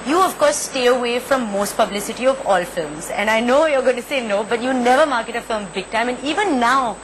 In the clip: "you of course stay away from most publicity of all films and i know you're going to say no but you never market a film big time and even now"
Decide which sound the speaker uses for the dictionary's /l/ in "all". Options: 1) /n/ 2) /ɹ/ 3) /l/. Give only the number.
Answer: 3